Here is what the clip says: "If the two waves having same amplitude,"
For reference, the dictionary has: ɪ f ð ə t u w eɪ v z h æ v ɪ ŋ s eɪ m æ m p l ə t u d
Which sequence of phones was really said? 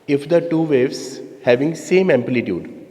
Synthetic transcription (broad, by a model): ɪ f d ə t u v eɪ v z h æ v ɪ ŋ s eɪ m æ m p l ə t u d